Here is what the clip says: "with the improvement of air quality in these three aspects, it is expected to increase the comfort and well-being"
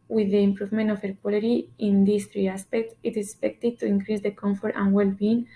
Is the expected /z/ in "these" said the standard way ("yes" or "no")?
no